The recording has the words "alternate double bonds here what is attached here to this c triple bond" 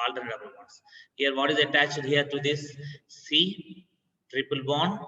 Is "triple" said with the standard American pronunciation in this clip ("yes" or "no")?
yes